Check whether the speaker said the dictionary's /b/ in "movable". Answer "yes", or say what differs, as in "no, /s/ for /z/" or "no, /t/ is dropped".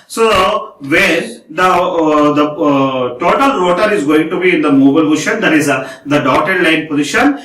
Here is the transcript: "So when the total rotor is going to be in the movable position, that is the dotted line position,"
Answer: no, /b/ is dropped